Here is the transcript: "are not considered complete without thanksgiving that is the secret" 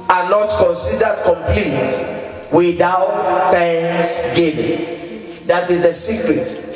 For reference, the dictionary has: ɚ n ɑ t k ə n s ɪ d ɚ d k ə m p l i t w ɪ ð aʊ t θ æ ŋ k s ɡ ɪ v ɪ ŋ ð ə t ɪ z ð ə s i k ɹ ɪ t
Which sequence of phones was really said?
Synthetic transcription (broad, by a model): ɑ n ɑ t k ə n s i d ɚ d k ə m p l i t w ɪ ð aʊ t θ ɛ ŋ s ɡ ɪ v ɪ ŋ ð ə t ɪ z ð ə s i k ɹ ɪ t